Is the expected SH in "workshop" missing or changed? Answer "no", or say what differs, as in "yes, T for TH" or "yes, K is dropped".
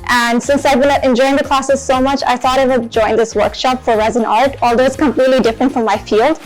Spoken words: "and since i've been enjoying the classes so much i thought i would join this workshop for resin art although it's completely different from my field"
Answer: no